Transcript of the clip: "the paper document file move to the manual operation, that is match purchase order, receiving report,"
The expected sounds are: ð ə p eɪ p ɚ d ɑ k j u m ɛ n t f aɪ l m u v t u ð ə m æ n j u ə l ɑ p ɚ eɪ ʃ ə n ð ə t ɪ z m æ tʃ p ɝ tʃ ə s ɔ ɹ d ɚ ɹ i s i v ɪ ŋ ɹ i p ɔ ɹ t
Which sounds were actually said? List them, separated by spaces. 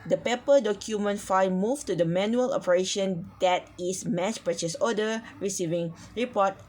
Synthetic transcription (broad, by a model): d ə p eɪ p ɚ d ɑ k j u m ɛ n t f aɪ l m u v t u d ə m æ n j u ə l ɑ p ɚ eɪ ʃ ə n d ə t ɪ s m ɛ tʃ p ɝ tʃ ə s ɔ d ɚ ɹ i s i v ɪ ŋ ɹ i p ɔ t